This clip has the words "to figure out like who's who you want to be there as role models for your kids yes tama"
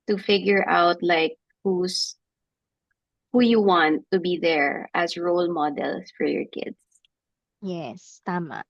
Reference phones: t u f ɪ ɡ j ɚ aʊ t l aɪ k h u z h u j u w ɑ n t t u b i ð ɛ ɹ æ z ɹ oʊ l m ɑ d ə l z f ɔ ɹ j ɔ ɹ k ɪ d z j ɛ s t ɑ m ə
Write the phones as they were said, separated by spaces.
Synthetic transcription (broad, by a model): t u f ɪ ɡ j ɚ aʊ t l aɪ k h u s h u j u w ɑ n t t u b i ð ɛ ɹ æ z ɹ oʊ l m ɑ d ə l s f ɔ ɹ j ɔ ɹ k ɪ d s j ɛ s t ɑ m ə